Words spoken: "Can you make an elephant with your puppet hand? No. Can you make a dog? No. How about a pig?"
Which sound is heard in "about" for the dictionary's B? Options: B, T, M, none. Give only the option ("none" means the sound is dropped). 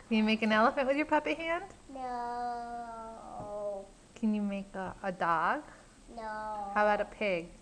none